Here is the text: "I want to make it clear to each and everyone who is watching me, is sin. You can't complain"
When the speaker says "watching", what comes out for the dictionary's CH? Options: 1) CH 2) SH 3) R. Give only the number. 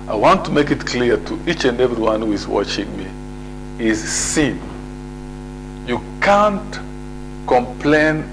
1